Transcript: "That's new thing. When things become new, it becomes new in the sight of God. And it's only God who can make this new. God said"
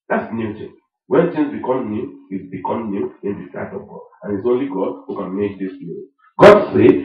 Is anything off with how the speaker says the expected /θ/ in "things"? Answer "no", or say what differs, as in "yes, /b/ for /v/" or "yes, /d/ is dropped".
yes, /t/ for /θ/